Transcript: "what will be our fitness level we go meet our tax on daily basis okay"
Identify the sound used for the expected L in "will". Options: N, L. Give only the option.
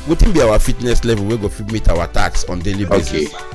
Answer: N